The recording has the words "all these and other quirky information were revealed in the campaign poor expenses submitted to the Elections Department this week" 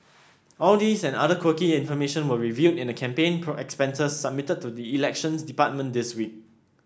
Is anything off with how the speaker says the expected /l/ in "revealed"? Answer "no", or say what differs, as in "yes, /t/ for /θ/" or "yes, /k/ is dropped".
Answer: yes, /l/ is dropped